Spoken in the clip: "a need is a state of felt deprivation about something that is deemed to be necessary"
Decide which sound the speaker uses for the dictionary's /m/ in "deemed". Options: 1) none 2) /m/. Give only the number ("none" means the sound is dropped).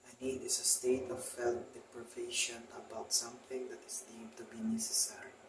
1